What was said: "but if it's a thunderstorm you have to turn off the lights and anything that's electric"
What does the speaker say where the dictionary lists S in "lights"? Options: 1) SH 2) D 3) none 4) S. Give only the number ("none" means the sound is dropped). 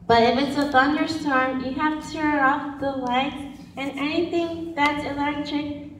3